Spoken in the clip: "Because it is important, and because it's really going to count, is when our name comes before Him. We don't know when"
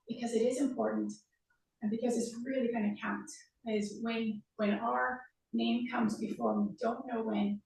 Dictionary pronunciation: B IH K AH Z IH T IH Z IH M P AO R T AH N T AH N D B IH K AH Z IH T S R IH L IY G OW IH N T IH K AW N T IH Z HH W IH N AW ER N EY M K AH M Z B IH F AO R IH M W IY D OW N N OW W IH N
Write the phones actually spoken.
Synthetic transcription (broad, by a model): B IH K AH Z IH T IH Z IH M P AO R T N T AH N B IH K AH Z IH T S R IH L IY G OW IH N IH K AW N T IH Z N W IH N AW ER N EY M K AH M Z B IH F AO R W IY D OW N N OW W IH N